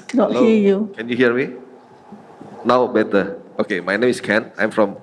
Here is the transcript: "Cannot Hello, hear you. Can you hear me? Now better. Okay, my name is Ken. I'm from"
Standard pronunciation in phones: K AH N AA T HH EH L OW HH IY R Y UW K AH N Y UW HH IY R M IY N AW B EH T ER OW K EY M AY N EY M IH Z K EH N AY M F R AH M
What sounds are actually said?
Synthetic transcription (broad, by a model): K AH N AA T HH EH OW Y UW K AH N Y UW HH IY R M IY N AW B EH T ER OW K EY M AY N EY M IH S K EH N AY M F R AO M